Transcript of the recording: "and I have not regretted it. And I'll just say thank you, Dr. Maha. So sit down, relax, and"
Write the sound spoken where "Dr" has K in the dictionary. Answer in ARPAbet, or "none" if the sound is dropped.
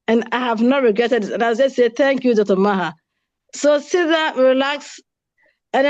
none